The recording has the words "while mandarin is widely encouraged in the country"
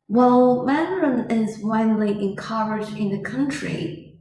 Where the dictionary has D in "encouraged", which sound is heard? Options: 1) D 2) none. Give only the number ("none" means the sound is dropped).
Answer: 2